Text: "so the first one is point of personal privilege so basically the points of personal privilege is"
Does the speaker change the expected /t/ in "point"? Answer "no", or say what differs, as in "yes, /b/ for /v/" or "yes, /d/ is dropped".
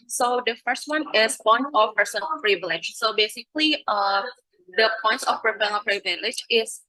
yes, /t/ is dropped